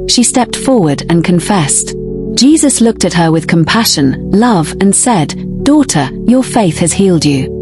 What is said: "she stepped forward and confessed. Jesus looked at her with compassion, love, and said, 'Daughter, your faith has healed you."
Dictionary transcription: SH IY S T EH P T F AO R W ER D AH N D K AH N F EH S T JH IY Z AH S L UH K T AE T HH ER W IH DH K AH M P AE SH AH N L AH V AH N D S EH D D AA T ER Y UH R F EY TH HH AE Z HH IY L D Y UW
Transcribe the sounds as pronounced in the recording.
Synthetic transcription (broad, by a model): SH IY S T EH P T F AO R W ER D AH N K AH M F EH S T JH IY Z AH S L UH K T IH T HH ER W IH DH K AH M P AE SH AH N L AH V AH N S EH D D AA T ER Y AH R F EY TH HH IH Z HH IY L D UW